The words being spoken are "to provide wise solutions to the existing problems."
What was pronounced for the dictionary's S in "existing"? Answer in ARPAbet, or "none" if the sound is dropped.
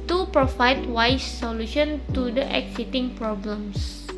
none